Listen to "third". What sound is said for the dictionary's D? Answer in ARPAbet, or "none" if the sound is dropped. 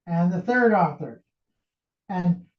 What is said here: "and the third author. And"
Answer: D